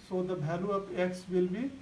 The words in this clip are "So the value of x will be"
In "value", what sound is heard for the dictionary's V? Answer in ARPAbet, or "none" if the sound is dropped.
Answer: B